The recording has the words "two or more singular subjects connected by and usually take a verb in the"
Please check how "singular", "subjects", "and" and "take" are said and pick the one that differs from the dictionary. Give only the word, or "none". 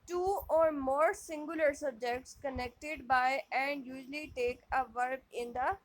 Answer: none